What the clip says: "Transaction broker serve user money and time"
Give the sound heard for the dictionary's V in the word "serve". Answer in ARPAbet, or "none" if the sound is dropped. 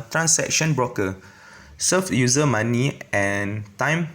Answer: F